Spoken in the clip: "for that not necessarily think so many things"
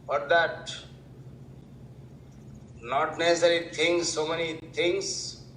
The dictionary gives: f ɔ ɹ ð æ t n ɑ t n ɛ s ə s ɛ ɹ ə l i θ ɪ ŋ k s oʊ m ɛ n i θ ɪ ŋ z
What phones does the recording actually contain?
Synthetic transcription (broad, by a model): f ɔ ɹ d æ t n ɑ t n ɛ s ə s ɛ ɹ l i t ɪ ŋ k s oʊ m ɛ n i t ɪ ŋ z